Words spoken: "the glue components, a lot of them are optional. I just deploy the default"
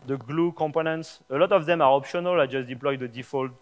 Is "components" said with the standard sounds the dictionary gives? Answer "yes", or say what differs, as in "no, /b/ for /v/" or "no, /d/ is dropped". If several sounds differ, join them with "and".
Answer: yes